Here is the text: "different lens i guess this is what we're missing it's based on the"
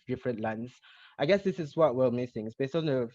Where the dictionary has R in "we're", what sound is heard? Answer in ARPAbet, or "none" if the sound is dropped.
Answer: L